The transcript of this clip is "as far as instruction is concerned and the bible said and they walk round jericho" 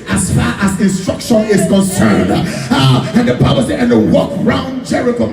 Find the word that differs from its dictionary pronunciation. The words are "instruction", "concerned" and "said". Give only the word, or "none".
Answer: said